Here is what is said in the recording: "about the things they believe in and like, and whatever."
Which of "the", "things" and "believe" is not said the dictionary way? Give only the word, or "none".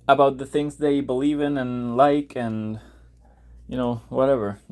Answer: none